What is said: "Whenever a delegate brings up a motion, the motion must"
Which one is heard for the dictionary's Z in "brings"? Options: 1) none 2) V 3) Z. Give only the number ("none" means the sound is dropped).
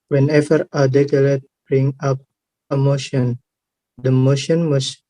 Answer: 1